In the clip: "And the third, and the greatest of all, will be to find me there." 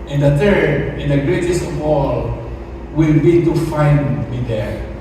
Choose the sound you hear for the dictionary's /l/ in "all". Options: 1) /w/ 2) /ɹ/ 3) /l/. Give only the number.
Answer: 3